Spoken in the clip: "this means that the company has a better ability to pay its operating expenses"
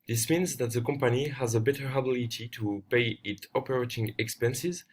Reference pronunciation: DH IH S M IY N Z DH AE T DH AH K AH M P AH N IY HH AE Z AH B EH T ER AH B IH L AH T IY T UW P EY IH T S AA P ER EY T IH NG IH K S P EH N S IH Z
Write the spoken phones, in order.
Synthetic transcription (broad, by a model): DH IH S M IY N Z DH AE T DH AH K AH M P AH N IY HH AE Z AH B EH T ER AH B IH L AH T IY T UW P EY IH T AA P ER EY T IH NG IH K S P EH N S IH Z